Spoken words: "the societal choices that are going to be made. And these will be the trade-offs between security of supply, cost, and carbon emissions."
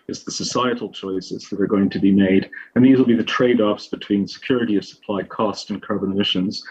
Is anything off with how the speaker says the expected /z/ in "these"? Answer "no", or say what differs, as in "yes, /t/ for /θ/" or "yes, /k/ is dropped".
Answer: no